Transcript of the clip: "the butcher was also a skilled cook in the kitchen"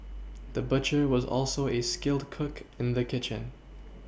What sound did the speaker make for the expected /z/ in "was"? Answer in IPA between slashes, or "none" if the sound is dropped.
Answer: /z/